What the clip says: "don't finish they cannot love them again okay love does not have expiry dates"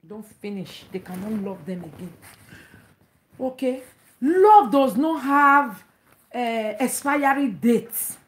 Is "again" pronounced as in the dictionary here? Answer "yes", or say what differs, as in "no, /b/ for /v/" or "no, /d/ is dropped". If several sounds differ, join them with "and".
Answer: yes